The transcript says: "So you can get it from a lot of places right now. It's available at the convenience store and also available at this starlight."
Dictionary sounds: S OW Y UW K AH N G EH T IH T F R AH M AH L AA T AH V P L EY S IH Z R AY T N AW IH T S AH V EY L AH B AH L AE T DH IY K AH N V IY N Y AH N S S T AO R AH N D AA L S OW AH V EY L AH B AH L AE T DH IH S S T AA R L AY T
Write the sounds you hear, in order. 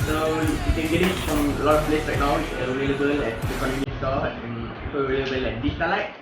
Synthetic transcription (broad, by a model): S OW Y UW K AH N G EH T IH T F R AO M AH L AA T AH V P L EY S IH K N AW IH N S AH V EY L AH B AH L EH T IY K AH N AO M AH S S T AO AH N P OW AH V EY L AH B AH L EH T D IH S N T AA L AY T